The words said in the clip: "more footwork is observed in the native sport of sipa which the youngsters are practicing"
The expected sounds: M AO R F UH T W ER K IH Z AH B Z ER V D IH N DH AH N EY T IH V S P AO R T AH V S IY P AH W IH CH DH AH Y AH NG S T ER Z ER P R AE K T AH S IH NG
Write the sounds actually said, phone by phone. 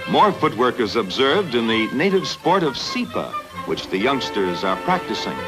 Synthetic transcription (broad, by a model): M AO R F UH T W ER K IH Z AH B Z ER V D IH N DH AH N EY T IH V S P AO R T AH V S IY P AH W IH CH DH AH Y AH NG S T ER Z ER P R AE K T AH S IH NG